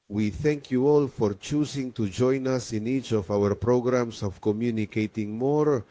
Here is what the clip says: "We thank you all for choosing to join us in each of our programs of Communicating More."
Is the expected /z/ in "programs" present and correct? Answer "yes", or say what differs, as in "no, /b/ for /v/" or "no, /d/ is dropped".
no, /s/ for /z/